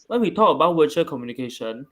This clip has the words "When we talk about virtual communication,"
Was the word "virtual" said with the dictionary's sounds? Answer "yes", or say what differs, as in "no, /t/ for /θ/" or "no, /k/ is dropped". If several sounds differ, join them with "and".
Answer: no, /w/ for /v/